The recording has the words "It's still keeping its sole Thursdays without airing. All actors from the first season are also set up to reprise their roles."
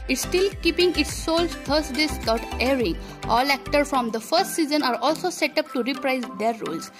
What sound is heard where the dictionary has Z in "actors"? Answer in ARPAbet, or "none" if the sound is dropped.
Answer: none